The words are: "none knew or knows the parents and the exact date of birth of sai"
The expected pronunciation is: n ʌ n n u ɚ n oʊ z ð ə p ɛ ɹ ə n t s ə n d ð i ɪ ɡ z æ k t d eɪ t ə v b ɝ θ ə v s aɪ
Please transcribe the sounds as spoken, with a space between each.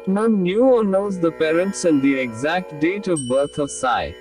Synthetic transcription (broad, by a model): n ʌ n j u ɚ n oʊ z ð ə p ɛ ɹ ə n t s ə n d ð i ɪ ɡ z æ k t d eɪ t ə v b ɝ t ə v s aɪ